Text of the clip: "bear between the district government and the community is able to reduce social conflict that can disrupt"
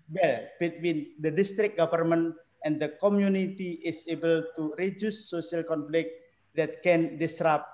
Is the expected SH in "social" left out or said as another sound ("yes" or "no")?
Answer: yes